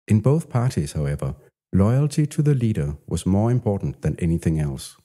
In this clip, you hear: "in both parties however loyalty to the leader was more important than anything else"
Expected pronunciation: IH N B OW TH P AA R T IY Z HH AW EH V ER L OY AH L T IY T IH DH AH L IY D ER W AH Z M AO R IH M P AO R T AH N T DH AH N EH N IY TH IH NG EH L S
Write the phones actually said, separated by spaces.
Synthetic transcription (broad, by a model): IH N B OW TH P AA R T IY Z HH AW EH V ER L OY AH L T IY T IH DH AH L IY D ER W AH Z M AO R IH M P AO R T N DH AH N EH N IY TH IH NG EH L S